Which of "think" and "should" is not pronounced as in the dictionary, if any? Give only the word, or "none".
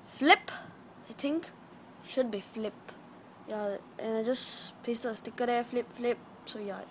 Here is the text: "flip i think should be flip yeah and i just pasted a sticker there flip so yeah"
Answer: think